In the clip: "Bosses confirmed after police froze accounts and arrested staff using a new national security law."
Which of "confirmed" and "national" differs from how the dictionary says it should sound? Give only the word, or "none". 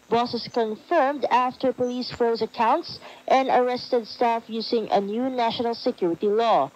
none